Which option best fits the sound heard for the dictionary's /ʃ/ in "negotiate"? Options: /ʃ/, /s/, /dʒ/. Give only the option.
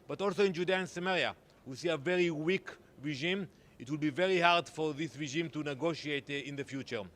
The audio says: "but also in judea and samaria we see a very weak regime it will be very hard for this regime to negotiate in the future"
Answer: /ʃ/